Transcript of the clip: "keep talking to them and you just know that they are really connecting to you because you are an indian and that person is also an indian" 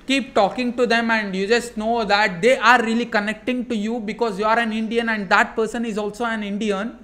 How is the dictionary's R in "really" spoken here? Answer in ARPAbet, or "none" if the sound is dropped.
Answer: R